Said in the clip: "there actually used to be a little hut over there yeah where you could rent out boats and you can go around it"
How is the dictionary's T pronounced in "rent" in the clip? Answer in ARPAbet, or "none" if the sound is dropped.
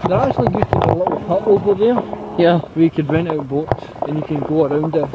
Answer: none